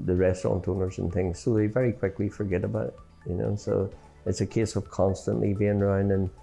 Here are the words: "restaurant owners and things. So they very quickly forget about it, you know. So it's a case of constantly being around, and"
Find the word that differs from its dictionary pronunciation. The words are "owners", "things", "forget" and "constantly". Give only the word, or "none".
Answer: none